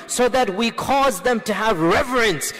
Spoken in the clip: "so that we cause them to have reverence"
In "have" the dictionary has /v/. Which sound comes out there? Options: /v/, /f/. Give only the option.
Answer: /v/